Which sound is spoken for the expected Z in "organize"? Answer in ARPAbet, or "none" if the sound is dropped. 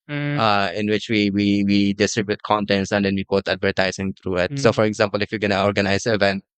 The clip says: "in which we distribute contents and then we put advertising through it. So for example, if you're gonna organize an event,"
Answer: none